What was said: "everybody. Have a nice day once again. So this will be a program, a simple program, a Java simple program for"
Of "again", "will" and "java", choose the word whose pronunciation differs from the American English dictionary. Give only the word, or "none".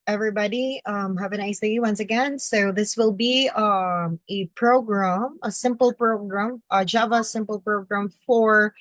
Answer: none